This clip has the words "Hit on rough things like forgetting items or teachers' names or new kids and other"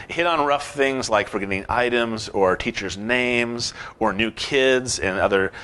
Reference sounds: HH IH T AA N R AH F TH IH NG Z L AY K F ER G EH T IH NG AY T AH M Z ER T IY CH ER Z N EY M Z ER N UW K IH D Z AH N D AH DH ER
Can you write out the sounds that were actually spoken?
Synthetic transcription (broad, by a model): HH IH T N R AH F TH IH NG Z L AY K F ER G EH T IH NG AY T AH M Z ER T IY CH ER Z N EY M Z ER N UW K IH D Z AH N AH DH ER